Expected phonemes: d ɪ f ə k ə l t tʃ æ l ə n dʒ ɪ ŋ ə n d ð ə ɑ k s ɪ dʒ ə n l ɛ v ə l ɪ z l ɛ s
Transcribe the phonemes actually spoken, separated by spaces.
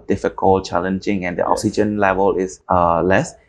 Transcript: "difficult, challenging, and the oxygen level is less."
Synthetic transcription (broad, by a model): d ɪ f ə k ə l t tʃ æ l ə n dʒ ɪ ŋ ə n d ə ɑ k s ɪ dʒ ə n l ɛ v ə l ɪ s l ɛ s